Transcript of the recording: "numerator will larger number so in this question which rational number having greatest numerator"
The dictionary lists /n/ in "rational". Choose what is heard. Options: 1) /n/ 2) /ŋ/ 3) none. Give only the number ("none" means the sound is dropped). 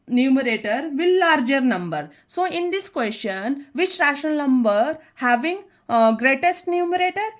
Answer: 3